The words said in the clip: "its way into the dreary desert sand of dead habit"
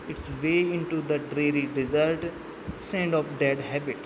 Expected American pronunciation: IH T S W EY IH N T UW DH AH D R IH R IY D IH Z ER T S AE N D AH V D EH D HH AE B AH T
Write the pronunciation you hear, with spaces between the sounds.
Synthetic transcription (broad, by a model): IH T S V EY IH N T UW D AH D R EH R IY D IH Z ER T S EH N D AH P D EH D HH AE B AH T